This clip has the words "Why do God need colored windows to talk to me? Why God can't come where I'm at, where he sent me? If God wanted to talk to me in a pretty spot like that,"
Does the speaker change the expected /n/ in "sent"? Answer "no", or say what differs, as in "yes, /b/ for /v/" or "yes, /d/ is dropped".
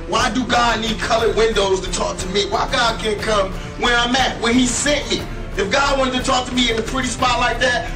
yes, /n/ is dropped